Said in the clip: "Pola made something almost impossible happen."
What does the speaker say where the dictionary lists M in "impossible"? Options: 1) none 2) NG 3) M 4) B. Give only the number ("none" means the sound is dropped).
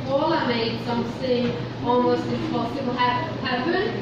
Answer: 1